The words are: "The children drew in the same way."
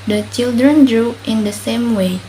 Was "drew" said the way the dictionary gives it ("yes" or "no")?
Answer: yes